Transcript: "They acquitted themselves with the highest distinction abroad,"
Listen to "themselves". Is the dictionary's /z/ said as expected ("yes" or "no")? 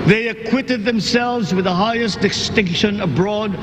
yes